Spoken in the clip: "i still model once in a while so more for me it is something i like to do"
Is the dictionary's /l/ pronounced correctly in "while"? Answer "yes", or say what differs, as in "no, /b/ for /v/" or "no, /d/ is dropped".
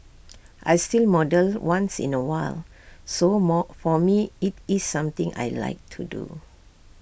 yes